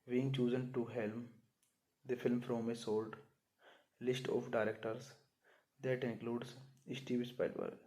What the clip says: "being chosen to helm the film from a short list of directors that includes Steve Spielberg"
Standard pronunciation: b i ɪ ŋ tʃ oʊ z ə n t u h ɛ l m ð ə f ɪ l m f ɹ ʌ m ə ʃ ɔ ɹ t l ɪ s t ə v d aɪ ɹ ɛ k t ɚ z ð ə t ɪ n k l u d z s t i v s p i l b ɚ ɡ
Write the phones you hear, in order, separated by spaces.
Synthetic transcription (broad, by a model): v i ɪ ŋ tʃ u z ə n t u h ɛ l m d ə f ɪ l m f ɹ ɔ m ə s ɔ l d l ɪ s t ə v d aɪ ɹ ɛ k t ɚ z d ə t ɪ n k l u d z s t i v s p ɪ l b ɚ